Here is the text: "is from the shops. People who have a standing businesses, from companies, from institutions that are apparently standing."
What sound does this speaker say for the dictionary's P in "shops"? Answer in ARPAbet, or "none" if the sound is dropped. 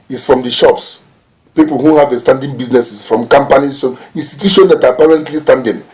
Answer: P